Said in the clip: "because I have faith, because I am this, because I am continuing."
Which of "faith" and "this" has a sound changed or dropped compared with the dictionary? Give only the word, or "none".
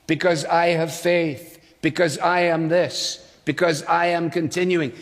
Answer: none